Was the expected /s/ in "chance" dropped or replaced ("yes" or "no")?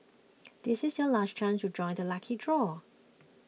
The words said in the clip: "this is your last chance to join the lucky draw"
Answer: yes